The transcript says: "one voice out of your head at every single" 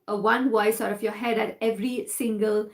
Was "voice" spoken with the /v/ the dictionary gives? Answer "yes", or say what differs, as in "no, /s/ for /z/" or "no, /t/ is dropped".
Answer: no, /w/ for /v/